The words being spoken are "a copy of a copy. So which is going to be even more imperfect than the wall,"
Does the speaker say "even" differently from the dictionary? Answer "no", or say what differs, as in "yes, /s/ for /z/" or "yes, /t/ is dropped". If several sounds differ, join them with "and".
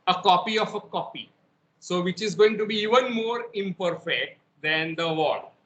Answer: no